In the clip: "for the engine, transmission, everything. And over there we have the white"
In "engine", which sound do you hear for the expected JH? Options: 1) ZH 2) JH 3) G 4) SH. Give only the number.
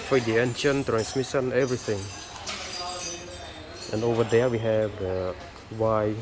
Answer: 4